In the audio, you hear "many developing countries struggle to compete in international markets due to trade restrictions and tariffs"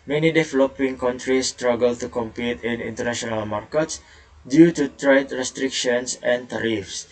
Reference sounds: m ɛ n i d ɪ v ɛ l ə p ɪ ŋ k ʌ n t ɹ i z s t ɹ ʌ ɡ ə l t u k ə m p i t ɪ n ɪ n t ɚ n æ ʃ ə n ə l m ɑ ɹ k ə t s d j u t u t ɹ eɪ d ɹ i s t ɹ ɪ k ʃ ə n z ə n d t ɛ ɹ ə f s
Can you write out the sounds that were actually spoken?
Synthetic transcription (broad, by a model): m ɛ n i d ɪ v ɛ l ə p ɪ ŋ k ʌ n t ɹ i s t ɹ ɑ ɡ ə l t u k ə m p i t ɪ n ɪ n t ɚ n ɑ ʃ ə n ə l m ɑ ɹ k ə t s d j u t u t ɹ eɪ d ɹ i s t ɹ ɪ k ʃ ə n s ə n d t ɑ ɹ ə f s